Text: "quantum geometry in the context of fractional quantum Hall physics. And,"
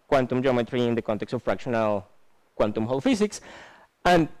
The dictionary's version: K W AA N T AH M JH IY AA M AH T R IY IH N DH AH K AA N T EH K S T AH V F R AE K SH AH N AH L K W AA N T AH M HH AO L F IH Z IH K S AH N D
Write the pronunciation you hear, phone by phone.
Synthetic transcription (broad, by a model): K W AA N T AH M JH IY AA M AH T R IY IH N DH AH K AA N T EH K S T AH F R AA K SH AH N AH L K W AA N T AH M HH AO L F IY S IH K S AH N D